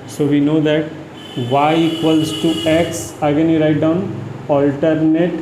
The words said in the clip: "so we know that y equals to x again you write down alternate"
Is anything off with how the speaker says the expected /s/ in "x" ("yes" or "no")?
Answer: no